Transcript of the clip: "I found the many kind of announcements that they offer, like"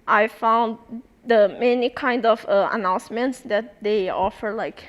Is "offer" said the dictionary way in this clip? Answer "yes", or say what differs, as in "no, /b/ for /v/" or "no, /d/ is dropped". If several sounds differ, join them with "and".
yes